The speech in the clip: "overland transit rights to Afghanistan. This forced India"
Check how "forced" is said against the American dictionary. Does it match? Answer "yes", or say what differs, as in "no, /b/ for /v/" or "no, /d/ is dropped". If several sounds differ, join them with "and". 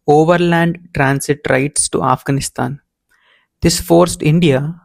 yes